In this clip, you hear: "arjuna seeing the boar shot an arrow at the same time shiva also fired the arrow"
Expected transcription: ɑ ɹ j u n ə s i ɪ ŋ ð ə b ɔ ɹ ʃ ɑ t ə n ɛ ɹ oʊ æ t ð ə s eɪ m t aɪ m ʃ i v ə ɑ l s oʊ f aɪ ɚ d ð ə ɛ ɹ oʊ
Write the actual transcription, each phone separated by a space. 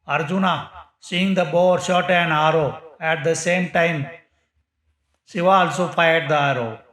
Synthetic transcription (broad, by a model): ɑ ɹ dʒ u n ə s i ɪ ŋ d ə b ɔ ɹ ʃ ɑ t ə n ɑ ɹ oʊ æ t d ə s eɪ m t aɪ m s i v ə ɑ l s oʊ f aɪ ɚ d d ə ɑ ɹ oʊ